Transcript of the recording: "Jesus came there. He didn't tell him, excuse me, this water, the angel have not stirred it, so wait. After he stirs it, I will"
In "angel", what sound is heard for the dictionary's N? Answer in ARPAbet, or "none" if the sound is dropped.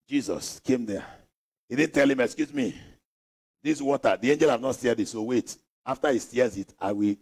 N